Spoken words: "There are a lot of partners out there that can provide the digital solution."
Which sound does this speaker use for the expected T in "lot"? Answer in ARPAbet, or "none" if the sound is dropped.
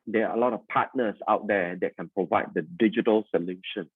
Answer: T